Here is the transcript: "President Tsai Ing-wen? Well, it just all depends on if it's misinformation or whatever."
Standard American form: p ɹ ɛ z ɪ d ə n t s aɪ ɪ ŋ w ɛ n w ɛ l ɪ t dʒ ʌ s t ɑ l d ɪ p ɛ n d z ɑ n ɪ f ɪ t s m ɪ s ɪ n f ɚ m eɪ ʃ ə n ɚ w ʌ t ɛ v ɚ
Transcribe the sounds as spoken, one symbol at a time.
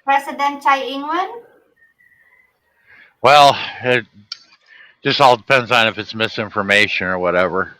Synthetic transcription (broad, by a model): p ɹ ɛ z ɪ d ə n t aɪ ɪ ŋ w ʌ n w ɛ l ɪ t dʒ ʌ s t ɑ l d ɪ p ɛ n d z n ɪ f ɪ t s m ɪ s ɪ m f ɚ m eɪ ʃ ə n ɚ w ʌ t ɛ v ɚ